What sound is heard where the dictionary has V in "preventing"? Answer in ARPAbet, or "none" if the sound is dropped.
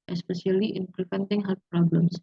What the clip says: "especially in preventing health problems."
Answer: F